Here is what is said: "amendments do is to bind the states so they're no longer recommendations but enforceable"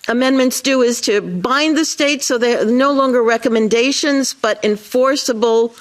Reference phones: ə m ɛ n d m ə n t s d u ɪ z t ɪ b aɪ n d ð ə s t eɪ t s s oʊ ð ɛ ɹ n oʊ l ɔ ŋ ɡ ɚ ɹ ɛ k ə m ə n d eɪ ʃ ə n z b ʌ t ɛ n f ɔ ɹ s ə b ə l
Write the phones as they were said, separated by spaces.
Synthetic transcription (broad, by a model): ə m ɛ n m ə n t s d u ɪ z t ɪ b aɪ n ð ə s t eɪ t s s oʊ ð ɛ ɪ n oʊ l ɔ ŋ ɡ ɚ ɹ ɛ k ə m ə n d eɪ ʃ ə n z b ʌ t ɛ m f ɔ ɹ s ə b l